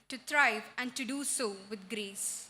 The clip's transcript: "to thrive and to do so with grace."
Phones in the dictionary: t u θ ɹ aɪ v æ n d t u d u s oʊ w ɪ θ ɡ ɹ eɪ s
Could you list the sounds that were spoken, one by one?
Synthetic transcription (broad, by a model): t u t ɹ aɪ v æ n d t u d u s oʊ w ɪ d ɡ ɹ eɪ s